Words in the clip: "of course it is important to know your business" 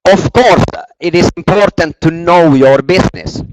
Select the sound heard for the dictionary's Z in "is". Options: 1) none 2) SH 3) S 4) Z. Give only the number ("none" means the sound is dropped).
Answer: 3